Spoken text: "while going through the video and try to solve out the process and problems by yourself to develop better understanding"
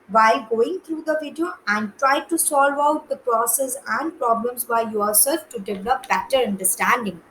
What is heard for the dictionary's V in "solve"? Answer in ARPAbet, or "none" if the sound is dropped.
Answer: V